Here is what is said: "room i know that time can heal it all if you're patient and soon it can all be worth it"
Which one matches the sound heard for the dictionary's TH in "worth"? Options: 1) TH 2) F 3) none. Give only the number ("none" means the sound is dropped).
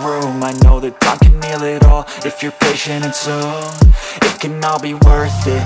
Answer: 1